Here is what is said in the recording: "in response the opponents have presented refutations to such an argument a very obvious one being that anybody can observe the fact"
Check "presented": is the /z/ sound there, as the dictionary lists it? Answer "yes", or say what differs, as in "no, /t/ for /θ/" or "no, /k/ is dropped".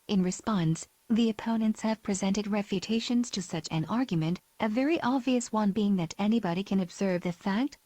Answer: yes